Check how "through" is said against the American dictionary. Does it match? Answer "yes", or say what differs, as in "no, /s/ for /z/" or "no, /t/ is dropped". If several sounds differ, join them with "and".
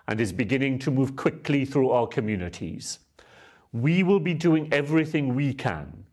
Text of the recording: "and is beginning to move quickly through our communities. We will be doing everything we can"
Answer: yes